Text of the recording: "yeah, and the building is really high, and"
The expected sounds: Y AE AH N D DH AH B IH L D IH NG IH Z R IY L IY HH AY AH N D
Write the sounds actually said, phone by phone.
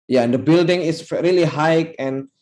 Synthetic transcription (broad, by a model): Y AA AH N D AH B IH L D IH NG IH S R IY L IY HH AY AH N